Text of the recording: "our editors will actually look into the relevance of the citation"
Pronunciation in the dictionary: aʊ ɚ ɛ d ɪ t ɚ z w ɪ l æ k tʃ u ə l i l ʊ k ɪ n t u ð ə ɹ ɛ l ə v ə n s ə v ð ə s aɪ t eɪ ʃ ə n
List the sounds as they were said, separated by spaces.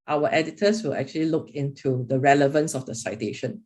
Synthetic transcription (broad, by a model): aʊ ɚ ɛ d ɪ t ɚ s w ɪ l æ k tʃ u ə l i l ʊ k ɪ n t u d ə ɹ ɛ l ə v ə n s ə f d ə s aɪ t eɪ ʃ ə n